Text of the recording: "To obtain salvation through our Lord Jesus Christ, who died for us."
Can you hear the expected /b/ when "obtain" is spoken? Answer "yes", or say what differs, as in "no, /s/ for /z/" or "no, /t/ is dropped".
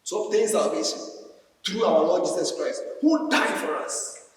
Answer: no, /b/ is dropped